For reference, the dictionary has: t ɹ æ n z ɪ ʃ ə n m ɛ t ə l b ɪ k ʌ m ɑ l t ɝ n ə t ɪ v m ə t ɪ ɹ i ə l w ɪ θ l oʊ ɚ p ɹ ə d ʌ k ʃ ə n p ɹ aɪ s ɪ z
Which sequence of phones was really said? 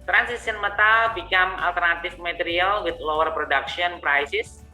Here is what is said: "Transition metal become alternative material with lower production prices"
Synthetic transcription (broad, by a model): t ɹ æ n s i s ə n m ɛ t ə l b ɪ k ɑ m ɑ l t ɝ n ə t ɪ f m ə t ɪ ɹ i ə l w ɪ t l oʊ ɚ p ɹ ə d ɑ k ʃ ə n p ɹ aɪ s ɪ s